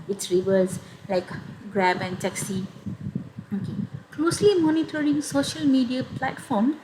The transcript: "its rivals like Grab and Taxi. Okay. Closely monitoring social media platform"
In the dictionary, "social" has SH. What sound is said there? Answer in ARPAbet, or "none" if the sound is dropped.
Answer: SH